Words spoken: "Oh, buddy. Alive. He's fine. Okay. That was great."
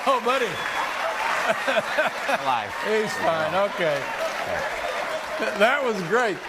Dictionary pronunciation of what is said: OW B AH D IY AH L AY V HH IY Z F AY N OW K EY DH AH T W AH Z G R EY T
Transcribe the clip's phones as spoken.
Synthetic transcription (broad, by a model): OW B AH D IY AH IH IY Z F AY N OW K EY DH AH T W AH Z G R EY T